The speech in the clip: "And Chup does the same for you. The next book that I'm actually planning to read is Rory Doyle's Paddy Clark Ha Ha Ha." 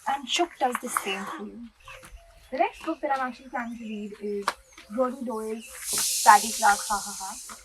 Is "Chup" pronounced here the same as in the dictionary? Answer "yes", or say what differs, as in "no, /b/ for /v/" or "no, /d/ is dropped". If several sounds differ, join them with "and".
no, /ʃ/ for /tʃ/